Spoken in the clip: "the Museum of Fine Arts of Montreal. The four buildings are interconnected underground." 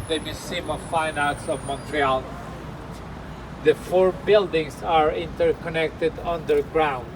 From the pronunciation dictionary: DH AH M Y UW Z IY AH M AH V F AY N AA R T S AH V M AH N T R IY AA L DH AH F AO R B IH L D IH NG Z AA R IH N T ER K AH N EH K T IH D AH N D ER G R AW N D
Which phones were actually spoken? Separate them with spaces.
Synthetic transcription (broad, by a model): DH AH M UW S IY M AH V F AY N AA R T S AH V M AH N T R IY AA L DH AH F AO R B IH L D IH NG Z AA R IH N T ER K AH N EH K T IH D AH N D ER G R AW N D